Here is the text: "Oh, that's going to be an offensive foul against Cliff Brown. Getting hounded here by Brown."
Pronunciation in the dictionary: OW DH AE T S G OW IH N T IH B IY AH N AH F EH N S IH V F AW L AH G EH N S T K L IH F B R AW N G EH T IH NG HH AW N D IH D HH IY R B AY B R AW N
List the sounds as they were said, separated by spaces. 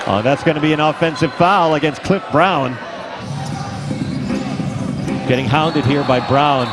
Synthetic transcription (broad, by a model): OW DH AE T S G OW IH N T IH B IY AH N AH F EH N S IH V F AW L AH G EH N S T K L IH F B R AW N G EH T IH NG HH AW N D IH D HH IY R B AY B R AW N